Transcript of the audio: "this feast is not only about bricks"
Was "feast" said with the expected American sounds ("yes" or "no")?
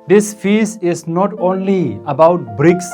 no